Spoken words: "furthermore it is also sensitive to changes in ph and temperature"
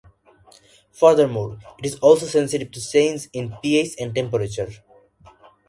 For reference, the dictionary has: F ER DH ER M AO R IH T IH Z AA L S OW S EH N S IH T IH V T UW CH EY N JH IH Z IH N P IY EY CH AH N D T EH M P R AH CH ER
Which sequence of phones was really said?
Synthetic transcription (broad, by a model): F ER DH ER M AO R IH T IH Z AA L S OW S EH N S IH T IH V T UW S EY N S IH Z IH N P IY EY S AH N D T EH M P R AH CH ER